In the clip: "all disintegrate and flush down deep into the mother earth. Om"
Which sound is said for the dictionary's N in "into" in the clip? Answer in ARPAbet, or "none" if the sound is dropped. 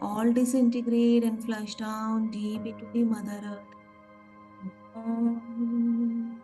none